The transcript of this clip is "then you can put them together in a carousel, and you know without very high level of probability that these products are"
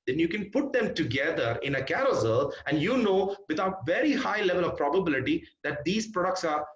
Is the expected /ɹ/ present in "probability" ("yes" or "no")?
yes